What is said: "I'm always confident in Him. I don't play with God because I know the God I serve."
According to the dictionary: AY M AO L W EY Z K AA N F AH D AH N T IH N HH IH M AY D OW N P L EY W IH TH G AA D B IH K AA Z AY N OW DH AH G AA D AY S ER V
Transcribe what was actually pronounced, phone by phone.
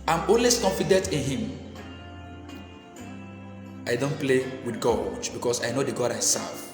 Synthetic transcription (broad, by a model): AY M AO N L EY S K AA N F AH D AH N T IH N HH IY M AY D OW N P L EY W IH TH G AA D B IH K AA S AY N OW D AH G AA D AY S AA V